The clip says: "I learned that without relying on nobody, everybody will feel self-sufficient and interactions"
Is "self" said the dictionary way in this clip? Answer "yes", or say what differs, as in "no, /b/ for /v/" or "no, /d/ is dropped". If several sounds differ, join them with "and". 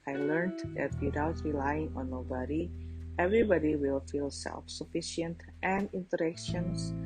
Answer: yes